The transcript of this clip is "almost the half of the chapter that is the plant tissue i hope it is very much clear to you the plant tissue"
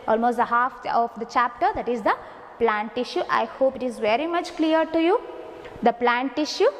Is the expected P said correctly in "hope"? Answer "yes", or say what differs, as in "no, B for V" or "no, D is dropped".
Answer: yes